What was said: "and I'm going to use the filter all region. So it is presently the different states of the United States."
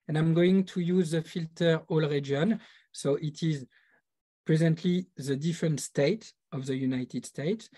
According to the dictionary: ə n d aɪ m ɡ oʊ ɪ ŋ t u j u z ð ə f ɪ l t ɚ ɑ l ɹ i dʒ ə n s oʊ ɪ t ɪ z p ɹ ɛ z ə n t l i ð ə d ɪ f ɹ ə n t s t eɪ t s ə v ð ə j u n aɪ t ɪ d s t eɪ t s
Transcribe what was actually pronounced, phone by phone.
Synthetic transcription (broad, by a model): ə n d aɪ m ɡ oʊ ɪ ŋ t u j u z ð ə f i l t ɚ ɑ l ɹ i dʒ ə n s oʊ ɪ t ɪ z p ɹ ɛ z ə n t l i ð ə d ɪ f ɹ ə n t s t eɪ t ə v ð ə j u n aɪ t ɪ d s t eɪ t s